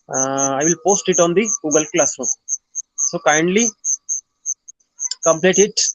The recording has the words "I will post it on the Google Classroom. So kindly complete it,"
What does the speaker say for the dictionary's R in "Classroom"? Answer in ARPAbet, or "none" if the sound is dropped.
none